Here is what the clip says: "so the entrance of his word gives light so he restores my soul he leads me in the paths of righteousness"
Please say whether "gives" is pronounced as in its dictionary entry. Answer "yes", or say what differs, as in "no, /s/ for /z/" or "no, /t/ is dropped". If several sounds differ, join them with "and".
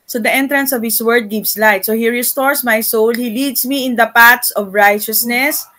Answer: no, /s/ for /z/